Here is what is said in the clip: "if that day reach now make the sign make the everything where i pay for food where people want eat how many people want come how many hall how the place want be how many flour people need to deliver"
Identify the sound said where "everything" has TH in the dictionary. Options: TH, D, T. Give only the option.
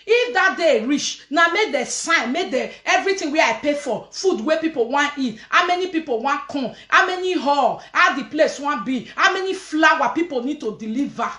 T